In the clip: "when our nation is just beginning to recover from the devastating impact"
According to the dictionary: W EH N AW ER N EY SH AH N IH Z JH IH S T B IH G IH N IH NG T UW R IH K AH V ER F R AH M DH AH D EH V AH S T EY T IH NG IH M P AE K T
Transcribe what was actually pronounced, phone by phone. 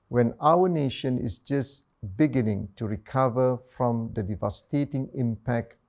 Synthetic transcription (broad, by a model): W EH N AW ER N EY SH AH N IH S JH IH S B IH G IH N IH NG T UW R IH K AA V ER F R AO M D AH D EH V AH S T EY T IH NG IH M P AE K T